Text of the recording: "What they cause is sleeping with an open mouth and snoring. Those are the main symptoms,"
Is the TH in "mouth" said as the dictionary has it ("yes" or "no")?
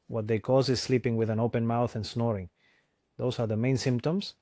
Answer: yes